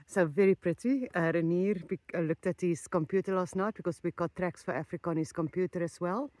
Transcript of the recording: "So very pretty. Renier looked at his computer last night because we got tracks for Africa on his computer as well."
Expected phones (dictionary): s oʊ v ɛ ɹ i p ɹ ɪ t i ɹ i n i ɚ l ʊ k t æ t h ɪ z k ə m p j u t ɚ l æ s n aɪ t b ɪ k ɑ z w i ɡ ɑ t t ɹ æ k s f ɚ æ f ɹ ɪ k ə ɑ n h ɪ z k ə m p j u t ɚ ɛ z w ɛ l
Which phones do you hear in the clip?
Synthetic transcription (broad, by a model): s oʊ v ɛ ɹ i p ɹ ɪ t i ɹ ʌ n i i l ʊ k t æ t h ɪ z k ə m p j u t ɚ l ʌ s n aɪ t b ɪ k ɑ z w i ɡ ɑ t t ɹ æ k s f ɚ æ f ɹ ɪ k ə ɑ n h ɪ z k ə m p j u t ɚ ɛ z w ɛ l